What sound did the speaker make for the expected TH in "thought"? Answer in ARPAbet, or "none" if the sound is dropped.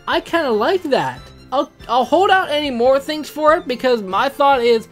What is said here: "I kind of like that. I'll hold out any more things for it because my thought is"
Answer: TH